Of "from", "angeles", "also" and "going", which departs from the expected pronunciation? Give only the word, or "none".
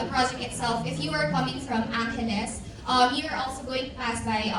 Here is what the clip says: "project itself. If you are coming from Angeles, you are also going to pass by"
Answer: angeles